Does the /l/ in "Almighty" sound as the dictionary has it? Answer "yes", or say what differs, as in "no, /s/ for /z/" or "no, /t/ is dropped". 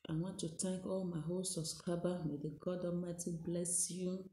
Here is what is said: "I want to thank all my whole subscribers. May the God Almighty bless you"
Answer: no, /l/ is dropped